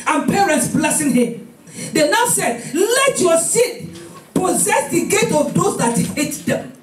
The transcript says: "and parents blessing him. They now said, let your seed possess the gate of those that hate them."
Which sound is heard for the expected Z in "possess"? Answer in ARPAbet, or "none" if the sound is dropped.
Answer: Z